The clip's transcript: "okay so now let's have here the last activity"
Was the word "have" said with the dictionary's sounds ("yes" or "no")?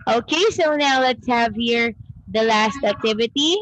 yes